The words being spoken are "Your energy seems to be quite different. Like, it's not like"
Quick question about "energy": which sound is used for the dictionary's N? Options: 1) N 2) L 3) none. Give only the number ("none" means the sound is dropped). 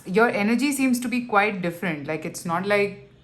1